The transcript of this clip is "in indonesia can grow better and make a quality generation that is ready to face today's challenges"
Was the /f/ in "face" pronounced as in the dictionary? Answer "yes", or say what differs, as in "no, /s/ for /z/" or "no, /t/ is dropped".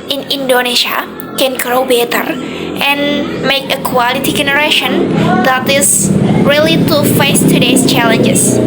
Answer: yes